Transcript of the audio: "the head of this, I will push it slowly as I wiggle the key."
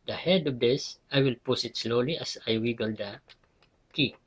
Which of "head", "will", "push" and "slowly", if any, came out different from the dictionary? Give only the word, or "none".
push